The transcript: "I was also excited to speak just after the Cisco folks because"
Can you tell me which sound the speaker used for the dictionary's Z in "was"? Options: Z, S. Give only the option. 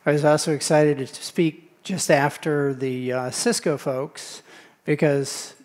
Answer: Z